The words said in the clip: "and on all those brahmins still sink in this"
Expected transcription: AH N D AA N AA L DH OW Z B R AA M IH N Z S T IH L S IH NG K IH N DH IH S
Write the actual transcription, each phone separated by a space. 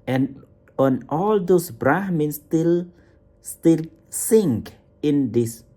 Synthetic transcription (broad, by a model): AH N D AA N AA L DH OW S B R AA M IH N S S T IH L S IH NG K IH N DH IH S